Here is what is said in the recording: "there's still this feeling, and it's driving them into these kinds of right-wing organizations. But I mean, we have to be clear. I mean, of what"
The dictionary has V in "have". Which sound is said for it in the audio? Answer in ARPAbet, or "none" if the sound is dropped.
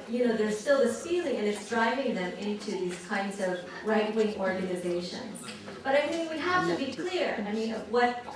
F